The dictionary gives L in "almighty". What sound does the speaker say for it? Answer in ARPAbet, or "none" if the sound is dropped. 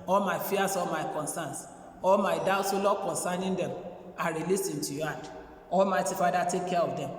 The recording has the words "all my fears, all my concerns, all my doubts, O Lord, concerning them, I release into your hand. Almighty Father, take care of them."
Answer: L